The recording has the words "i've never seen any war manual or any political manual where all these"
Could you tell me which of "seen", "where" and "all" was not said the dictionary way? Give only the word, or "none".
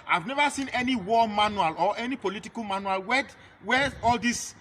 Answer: where